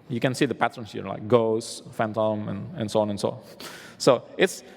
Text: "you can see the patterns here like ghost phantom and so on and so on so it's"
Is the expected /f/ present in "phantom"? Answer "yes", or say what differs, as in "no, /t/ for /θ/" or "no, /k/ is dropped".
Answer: yes